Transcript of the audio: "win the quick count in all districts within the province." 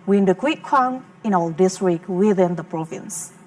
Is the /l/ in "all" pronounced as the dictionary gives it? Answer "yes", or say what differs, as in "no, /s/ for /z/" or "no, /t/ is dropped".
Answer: yes